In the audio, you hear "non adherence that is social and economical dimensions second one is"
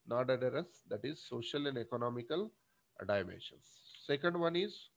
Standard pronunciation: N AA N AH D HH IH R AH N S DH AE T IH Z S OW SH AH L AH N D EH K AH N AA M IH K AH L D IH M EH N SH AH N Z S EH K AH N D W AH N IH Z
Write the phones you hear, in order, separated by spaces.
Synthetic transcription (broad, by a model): N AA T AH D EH R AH S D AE T IH Z S OW SH AH L AH N D EH K AH N AA M IH K AH L D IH M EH N SH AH N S S EH K AH N D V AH N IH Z